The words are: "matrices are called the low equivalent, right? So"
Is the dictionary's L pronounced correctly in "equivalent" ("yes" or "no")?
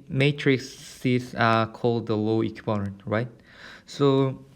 no